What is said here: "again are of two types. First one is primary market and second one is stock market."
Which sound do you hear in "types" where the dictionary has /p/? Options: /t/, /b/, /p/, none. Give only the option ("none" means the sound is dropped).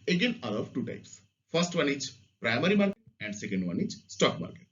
/p/